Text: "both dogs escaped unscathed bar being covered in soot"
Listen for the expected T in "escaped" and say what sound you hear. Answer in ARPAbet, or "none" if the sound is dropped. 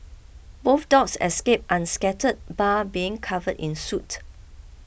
T